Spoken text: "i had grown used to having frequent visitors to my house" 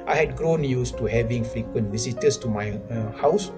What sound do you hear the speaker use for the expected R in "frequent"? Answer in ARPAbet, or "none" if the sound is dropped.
R